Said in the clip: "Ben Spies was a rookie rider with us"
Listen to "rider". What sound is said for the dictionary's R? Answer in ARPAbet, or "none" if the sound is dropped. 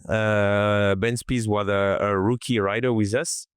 R